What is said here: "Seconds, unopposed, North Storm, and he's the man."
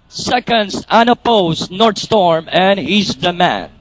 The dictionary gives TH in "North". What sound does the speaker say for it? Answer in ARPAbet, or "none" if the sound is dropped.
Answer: T